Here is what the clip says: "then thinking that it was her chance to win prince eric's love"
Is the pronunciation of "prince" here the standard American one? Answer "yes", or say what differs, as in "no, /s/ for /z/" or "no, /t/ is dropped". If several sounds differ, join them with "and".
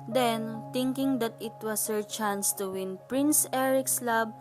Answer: yes